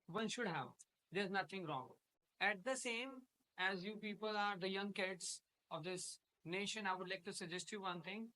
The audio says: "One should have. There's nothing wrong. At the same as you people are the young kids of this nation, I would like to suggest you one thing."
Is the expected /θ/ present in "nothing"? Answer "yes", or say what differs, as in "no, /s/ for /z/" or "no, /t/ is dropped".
no, /t/ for /θ/